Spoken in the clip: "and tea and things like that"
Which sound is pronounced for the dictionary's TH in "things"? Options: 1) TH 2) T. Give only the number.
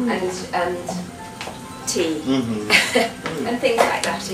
1